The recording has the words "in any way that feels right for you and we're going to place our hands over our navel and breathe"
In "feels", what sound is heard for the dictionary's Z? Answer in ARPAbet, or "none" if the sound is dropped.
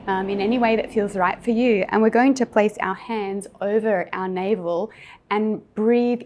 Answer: Z